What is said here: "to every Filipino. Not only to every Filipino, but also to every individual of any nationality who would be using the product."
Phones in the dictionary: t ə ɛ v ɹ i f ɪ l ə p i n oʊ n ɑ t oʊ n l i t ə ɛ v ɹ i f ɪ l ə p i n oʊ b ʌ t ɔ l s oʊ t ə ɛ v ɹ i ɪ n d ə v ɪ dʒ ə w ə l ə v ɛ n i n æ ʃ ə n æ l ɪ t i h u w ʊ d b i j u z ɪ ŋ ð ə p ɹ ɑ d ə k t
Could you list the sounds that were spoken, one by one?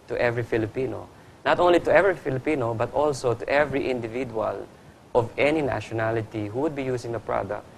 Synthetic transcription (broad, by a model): t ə ɛ v ɹ i f ɪ l ə p i n oʊ n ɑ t oʊ n l i t ə ɛ v ɹ i f ɪ l ə p i n oʊ b ʌ t ɔ l s oʊ t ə ɛ v ɹ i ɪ n d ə v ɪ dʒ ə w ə l ə v ɛ n i n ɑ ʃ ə n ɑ l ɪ t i h u w ʊ d b i j u s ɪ ŋ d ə p ɹ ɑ d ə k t